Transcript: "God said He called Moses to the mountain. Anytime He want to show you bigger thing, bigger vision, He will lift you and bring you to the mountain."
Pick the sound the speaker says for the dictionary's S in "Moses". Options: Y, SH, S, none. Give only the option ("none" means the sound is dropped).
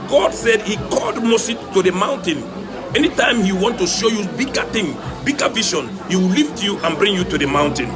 none